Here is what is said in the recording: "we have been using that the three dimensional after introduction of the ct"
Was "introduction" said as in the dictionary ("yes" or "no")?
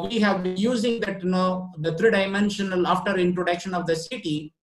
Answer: yes